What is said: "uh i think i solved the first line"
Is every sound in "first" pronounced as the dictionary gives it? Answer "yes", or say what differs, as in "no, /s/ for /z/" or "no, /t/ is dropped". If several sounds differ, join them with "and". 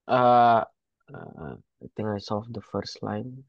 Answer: yes